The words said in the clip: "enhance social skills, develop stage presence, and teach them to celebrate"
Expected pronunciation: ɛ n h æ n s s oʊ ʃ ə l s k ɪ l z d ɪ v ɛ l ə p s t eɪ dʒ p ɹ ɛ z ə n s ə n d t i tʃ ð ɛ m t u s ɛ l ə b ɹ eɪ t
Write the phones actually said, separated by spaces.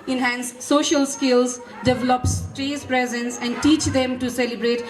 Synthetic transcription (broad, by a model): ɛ n h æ n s s oʊ ʃ ə l s k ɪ l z d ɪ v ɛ l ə p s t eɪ z p ɹ ɛ z ə n s ə n d t i tʃ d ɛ m t u s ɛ l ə b ɹ eɪ t